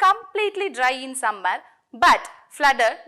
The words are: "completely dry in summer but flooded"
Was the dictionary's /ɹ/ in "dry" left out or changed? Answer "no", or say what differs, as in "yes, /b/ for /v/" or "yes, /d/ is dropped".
no